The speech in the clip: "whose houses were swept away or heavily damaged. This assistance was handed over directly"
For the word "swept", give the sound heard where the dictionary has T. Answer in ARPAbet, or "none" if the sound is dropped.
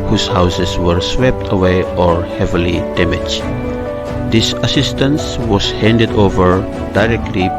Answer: T